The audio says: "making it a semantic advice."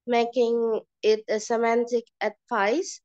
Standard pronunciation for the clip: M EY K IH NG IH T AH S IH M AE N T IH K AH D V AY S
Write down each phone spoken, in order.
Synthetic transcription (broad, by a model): M EY K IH NG IH T AH S IH M AE N T IH K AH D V AY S